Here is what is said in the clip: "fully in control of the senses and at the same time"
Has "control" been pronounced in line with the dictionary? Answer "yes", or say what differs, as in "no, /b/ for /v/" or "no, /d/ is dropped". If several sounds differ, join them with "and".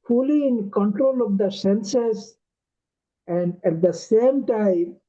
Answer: yes